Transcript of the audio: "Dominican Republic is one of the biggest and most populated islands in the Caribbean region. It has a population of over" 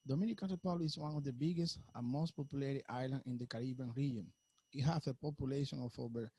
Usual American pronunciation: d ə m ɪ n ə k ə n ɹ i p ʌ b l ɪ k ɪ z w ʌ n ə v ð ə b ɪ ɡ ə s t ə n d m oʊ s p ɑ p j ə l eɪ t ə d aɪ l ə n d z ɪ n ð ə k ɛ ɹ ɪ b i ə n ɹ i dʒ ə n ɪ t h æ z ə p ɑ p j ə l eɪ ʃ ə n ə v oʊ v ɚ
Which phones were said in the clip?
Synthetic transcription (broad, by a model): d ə m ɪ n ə k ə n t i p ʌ l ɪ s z w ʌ n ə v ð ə b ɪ ɡ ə s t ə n m oʊ s p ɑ p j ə l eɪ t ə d aɪ l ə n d ɪ n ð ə k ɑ ɹ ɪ b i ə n ɹ i dʒ ə n ɪ t h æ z ə p ɑ p j ə l eɪ ʃ ə n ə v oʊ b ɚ